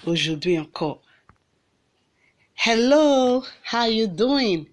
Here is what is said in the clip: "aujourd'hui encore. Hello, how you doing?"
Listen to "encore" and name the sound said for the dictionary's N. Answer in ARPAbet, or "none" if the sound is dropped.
none